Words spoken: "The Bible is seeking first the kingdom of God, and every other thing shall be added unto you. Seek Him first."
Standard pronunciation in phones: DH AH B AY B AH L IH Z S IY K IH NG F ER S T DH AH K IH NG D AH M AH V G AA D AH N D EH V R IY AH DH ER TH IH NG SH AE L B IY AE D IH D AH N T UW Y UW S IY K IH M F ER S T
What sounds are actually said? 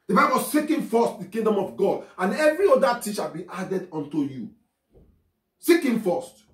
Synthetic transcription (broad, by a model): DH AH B AY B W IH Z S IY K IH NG F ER S T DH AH K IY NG D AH M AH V G AA D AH N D EH V R IY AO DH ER T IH SH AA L B IY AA D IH D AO N T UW Y UW S IY K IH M F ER S T